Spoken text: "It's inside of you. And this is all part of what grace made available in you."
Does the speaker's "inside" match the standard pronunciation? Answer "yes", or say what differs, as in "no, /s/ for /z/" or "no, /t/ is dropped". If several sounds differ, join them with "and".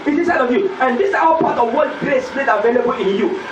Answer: no, /n/ is dropped